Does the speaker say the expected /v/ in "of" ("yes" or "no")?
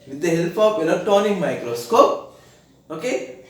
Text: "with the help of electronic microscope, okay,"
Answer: no